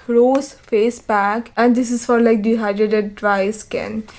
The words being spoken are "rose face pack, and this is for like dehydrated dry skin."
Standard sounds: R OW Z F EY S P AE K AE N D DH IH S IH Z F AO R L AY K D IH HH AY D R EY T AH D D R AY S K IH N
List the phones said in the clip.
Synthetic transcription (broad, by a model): R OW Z F EY S B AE K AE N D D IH S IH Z F AO R L AY K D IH HH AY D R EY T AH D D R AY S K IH N